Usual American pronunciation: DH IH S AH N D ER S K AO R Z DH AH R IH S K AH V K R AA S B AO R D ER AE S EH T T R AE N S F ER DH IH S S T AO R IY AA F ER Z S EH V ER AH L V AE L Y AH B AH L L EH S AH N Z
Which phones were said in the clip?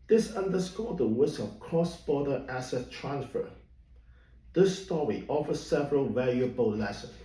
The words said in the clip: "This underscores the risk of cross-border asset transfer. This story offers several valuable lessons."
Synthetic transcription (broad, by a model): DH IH S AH N D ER S K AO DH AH W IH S AH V K R AA S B AO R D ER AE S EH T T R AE N S F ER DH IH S S T AO R IY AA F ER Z S EH V ER AH L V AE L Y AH B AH L L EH S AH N